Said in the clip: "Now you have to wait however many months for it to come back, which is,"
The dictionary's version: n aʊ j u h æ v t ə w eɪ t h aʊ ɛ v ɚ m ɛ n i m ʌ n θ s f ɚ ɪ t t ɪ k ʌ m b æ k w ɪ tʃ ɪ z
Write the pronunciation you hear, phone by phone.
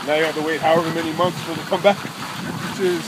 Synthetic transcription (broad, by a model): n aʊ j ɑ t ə w eɪ t h aʊ ɛ v ɚ m ɛ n i m ʌ n θ s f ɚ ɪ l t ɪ k ʌ m b æ k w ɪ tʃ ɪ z